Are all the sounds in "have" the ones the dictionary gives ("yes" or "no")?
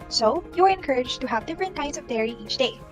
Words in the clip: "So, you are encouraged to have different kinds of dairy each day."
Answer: yes